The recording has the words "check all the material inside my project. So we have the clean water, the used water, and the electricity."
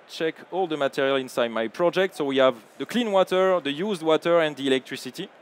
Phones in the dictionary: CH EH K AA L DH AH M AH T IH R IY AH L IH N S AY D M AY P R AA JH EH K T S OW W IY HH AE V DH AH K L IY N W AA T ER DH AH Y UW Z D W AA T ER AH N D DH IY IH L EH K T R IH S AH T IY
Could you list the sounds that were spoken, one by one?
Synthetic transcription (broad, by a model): CH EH K AA L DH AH M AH T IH R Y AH L IH N S AY D M AY P R AA JH EH K T S OW W IY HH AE V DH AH K L IY N W AA T ER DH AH Y UW Z D W AA T ER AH N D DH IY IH L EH K T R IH S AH T IY